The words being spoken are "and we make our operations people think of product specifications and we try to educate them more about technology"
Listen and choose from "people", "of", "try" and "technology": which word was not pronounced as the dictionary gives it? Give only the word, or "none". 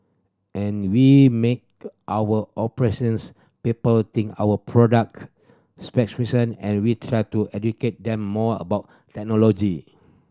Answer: of